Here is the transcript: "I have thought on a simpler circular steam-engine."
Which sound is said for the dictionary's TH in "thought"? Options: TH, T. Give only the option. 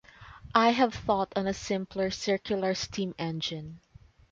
TH